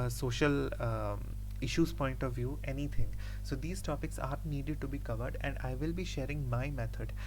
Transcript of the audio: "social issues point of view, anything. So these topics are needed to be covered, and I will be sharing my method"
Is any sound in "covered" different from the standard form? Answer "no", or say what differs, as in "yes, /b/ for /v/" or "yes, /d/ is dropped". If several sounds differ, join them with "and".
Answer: no